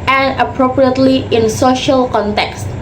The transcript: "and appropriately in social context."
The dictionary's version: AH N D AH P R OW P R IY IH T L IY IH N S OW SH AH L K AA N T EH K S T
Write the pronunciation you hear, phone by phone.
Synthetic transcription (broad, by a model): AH N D AH P R OW P R IY IH T L IY IH N S OW SH AH L K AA N T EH K S T